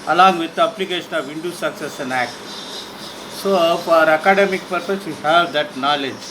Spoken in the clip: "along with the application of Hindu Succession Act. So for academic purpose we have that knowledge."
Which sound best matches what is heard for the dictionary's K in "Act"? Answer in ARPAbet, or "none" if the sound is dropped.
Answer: K